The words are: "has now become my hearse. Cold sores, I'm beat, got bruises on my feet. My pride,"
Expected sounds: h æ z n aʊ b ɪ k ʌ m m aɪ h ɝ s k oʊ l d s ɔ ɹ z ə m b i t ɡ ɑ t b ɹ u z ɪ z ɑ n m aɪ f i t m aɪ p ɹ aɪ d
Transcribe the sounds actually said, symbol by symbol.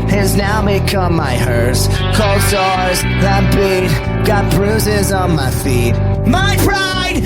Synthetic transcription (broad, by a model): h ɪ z n aʊ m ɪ k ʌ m m aɪ h ɝ s k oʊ l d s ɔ ɹ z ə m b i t ɡ ɑ t b ɹ u z ɪ z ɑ n m aɪ f i t m aɪ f ɹ aɪ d